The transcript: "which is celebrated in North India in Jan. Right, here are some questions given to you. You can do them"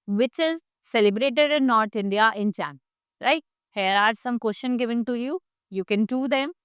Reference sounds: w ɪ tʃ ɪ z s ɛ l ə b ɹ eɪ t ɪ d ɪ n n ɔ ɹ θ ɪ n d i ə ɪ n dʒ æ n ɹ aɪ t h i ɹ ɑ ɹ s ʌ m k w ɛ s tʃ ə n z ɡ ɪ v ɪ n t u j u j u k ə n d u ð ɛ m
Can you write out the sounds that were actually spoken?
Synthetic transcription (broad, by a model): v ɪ tʃ ɪ z s ɛ l ə b ɹ eɪ t ɪ d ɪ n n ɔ ɹ t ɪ n d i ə ɪ n tʃ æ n ɹ aɪ t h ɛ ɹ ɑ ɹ s ʌ m k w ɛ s ʃ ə n ɡ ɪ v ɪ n t u j u j u k ə n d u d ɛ m